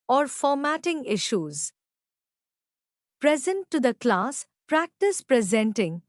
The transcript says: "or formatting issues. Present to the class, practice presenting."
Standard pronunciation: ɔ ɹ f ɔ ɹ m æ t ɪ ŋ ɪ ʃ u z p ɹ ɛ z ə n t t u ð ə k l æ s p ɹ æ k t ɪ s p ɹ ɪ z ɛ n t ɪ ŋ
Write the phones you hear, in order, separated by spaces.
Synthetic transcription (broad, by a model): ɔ ɹ f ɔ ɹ m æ t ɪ ŋ ɪ ʃ u z p ɹ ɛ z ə n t t u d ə k l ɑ s p ɹ æ k t ɪ s p ɹ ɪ z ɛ n t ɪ ŋ